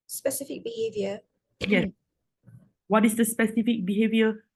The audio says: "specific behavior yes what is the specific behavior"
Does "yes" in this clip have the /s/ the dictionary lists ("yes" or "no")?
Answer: no